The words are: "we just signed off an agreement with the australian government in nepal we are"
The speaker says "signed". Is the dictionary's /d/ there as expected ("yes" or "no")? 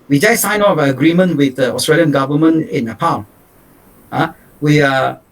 no